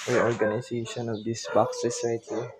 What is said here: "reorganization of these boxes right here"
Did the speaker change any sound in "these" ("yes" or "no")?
yes